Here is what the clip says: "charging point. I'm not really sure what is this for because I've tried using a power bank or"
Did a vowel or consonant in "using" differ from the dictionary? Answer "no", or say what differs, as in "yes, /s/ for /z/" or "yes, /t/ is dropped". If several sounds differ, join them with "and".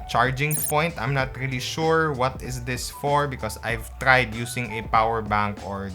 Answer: yes, /s/ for /z/